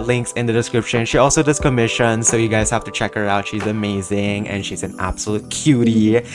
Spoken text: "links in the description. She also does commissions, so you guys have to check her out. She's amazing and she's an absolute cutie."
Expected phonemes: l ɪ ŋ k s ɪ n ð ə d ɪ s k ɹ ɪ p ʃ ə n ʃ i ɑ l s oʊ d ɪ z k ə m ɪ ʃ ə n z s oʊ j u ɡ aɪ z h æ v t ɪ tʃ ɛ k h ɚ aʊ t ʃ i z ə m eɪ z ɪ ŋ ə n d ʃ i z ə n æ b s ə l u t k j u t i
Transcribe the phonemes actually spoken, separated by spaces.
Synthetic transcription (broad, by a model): l ɪ ŋ k s ɪ n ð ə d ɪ s k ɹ ɪ p ʃ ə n ʃ i ɑ l s oʊ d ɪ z k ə m ɪ ʃ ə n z s oʊ j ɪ ɡ aɪ z h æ f t ɪ tʃ ɛ k h ɚ aʊ t ʃ i z ə m eɪ z ɪ ŋ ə n ʃ i z ə n æ b s ə l u t k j u t i